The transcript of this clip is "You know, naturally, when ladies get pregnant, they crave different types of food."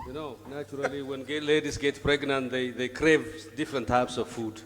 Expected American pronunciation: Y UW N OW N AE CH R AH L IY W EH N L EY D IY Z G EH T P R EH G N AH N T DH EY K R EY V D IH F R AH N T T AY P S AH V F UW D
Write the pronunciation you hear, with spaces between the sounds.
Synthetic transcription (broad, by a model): Y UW N OW N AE CH R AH L IY W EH N L EY D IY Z G EH T P R EH G N AH N T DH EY K R EY V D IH F R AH N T T AY P S AH V F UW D